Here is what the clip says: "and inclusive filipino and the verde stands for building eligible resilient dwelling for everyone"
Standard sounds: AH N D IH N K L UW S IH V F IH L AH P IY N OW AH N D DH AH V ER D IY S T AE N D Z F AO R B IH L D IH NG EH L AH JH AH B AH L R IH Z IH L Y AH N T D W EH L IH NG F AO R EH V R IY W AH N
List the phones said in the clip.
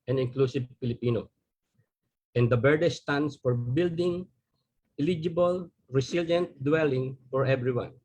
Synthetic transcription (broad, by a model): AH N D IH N K L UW S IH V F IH L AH P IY N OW AH N D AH B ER D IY S T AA N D S F AO R B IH L D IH NG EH L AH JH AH B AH L R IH S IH L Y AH N T D W EH L IH NG F AO R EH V R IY W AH N